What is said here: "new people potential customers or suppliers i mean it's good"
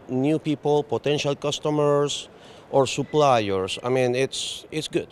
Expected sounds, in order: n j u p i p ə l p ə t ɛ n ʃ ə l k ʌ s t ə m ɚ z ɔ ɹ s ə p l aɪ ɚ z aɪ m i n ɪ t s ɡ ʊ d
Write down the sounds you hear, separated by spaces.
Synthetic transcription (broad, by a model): n j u p i p ə l p ə t ɛ n ʃ ə l k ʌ s t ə m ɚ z ɔ ɹ s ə p l aɪ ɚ s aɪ m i n ɪ t s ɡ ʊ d